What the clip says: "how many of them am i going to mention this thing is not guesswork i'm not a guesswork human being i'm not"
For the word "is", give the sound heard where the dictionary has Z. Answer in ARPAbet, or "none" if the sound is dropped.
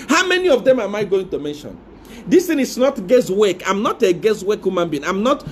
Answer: S